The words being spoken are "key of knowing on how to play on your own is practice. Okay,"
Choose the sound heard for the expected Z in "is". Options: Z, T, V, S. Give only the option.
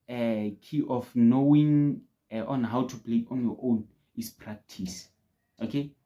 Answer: S